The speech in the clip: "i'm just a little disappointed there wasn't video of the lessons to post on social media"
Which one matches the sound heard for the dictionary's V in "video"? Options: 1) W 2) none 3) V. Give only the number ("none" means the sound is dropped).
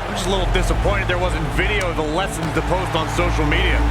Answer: 3